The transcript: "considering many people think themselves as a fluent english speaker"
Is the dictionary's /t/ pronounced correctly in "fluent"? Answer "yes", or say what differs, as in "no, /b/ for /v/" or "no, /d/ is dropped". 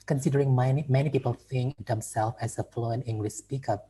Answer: no, /t/ is dropped